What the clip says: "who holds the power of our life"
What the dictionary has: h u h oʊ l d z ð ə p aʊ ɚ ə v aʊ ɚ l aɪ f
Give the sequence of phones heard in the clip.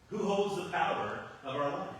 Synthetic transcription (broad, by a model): h u h oʊ l d z ð ə p aʊ ɚ ə v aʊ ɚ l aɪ